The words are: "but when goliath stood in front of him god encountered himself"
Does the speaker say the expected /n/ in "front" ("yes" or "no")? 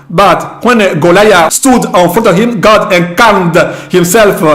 no